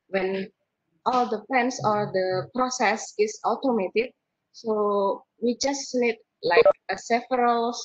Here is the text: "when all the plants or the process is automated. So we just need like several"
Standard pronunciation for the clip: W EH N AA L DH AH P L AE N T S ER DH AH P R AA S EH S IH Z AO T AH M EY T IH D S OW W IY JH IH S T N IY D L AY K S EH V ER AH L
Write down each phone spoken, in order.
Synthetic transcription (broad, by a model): W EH N AA L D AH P EH N S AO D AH P R AA S EH S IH S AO T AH M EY T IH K S OW W IY JH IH S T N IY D L AY K S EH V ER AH L